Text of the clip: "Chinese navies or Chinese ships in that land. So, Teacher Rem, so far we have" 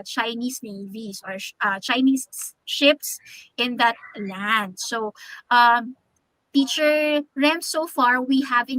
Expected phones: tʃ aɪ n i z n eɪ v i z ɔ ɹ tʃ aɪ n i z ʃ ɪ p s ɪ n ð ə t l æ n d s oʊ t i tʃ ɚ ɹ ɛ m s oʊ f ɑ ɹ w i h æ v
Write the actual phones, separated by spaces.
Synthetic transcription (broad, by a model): tʃ aɪ n i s n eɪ v i s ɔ ɹ tʃ aɪ n i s ʃ ɪ p s ɪ n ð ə t l æ n d s oʊ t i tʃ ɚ ɹ ɛ m s oʊ f ɑ ɹ w i h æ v